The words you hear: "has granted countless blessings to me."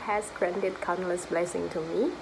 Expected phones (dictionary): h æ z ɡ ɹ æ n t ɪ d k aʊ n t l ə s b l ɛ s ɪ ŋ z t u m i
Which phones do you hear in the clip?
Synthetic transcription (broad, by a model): h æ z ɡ ɹ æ n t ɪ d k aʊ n l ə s b l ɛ s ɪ ŋ t u m i